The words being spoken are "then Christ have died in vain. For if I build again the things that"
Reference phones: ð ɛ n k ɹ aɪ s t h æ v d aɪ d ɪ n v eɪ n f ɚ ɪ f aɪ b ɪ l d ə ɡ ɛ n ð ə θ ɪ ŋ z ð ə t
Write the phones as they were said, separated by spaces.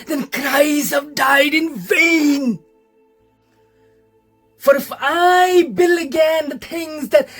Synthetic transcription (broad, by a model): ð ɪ n k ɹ aɪ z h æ v d aɪ d ɪ n v eɪ n f ɚ ɪ f aɪ b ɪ l ə ɡ ɛ n ð ə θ ɪ ŋ z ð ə t